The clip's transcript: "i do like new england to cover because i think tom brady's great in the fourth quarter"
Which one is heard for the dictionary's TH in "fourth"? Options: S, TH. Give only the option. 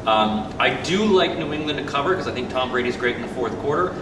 TH